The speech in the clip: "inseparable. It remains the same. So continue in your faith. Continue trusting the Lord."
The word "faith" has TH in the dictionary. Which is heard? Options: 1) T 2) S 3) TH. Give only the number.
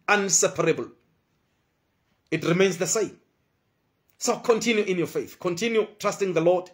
3